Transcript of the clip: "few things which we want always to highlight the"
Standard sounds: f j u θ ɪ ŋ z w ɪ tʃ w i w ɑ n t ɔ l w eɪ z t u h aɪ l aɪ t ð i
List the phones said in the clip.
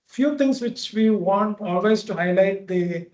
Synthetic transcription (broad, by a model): f j u t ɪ ŋ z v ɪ tʃ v i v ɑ n t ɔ l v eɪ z t u h aɪ l aɪ t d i